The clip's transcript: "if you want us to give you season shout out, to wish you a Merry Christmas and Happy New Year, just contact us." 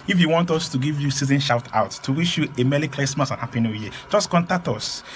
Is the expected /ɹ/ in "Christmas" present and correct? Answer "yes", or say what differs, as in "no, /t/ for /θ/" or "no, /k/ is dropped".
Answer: no, /l/ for /ɹ/